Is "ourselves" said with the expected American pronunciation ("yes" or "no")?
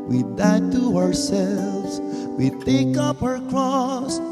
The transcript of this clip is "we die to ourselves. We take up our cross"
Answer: yes